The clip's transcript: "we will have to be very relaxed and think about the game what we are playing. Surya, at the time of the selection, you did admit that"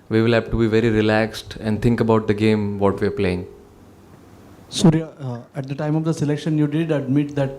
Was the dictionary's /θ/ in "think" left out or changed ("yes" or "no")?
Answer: yes